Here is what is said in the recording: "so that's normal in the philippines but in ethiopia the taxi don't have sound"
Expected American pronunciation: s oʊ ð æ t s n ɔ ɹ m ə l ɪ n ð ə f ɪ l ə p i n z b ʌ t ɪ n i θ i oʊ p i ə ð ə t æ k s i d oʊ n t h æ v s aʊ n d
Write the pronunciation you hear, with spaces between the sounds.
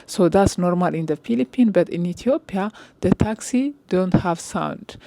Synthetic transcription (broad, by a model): s oʊ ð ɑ t s n ɔ ɹ m ə l ɪ n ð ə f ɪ l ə p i n b ʌ t ɪ n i t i oʊ p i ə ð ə t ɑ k s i d oʊ n t h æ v s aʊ n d